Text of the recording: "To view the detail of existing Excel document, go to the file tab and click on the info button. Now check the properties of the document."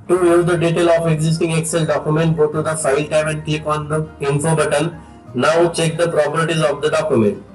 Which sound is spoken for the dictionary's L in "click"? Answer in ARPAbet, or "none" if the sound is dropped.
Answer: none